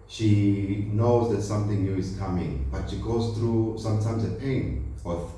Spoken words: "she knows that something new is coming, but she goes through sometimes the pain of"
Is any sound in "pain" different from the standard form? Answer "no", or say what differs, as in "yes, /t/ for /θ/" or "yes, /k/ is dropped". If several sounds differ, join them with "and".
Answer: no